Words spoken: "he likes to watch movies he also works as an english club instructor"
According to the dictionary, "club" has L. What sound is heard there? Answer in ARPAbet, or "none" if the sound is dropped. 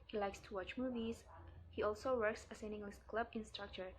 L